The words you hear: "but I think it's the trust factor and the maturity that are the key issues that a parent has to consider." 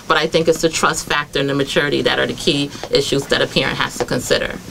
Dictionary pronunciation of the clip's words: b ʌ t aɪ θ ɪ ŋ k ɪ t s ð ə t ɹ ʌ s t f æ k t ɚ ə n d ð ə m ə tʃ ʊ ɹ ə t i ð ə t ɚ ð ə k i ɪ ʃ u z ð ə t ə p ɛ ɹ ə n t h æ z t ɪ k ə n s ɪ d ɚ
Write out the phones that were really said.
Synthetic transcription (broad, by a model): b ʌ t aɪ θ ɪ ŋ k ɪ t s ð ə t ɹ ʌ s t f æ k t ɚ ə n ð ə m ə tʃ ʊ ɹ ə t i ð ə t ɚ ð ə k i ɪ ʃ u z ð ə t ə p ɛ ɹ ə n t h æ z t ɪ k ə n s ɪ d ɚ